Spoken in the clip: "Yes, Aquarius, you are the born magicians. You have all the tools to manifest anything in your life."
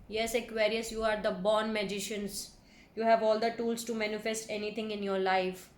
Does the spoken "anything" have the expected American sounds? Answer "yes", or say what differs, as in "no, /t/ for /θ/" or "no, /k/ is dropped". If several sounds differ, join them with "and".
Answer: no, /t/ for /θ/